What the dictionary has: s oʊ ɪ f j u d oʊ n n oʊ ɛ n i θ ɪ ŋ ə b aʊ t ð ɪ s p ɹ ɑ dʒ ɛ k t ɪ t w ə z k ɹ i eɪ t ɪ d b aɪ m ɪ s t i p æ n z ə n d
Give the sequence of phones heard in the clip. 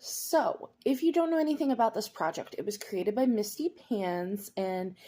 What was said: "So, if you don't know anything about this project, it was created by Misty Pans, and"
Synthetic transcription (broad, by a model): s oʊ ɪ f j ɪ d oʊ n n oʊ ɛ n i θ ɪ ŋ ə b aʊ t ð ɪ s p ɹ ɑ dʒ ɛ k t ɪ t w ə z k ɹ i eɪ t ɪ d b aɪ m ɪ s t i p æ n z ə n